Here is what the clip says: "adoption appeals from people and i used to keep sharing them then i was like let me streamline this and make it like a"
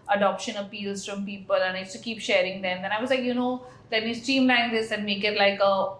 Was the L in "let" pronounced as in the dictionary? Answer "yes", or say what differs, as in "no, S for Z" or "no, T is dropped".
no, N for L